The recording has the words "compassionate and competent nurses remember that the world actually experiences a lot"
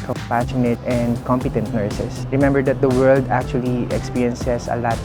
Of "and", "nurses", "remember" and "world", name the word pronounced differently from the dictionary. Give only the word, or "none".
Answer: nurses